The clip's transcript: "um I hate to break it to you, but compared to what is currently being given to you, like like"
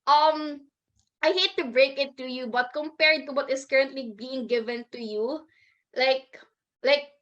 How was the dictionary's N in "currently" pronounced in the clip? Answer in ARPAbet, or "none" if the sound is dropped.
N